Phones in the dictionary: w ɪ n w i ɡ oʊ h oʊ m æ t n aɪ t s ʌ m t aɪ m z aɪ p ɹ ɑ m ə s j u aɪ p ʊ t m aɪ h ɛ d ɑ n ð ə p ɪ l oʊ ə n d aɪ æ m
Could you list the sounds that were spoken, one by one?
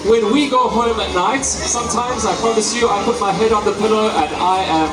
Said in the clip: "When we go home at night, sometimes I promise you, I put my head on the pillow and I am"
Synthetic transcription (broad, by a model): w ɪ n w i ɡ oʊ h oʊ m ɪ t n aɪ t s ʌ m t aɪ m z aɪ p ɹ ɑ m ə s j u aɪ p ʊ t m aɪ h ɛ d n ð ə p ɪ l oʊ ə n aɪ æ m